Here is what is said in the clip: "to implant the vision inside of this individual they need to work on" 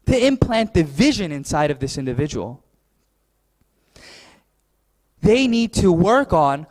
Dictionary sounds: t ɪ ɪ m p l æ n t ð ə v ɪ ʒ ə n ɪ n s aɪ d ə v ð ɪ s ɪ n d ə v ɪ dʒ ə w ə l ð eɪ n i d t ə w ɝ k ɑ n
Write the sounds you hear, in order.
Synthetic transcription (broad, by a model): t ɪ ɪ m p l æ n ð ə v ɪ ʒ ə n ɪ n s aɪ d ə v ð ɪ s ɪ n d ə v ɪ dʒ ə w l ð eɪ n i d t ə w ɝ k n